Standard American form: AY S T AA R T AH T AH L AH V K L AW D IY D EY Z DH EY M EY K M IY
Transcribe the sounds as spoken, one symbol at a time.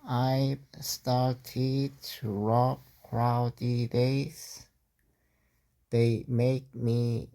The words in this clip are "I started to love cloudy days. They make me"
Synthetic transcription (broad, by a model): AY S T AA R T AH T AH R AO P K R AW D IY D EY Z DH EY M EY K M IY